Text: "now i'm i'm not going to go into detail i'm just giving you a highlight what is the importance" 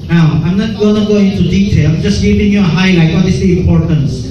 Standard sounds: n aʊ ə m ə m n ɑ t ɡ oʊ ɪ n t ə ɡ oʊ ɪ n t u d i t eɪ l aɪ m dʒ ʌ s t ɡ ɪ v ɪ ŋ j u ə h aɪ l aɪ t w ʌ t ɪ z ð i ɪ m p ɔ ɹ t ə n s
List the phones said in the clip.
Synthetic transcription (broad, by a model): n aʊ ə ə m n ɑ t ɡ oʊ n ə ɡ oʊ ɪ n t u d i t eɪ l aɪ m dʒ ʌ s t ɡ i p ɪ ŋ j u ə h aɪ l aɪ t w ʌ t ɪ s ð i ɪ m p ɔ ɹ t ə n s